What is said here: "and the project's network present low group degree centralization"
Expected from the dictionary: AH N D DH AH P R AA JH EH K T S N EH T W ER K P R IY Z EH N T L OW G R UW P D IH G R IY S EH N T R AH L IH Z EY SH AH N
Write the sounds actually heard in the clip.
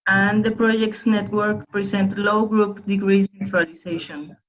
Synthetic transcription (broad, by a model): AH N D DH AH P R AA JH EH K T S N EH T W ER K P R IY S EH N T L OW G R UW P D IH G R IY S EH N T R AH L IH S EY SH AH N